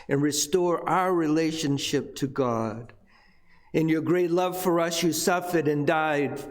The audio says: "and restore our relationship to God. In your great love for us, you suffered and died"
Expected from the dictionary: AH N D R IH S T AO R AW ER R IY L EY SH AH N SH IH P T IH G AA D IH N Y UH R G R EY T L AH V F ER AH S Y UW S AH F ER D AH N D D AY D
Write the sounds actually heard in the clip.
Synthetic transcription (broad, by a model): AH N R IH S T AO R AW ER R IY L EY SH AH N SH IH P T IH G AA D IH N Y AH R G R EY T L AH V F ER AH S Y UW S AH F ER D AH N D D AY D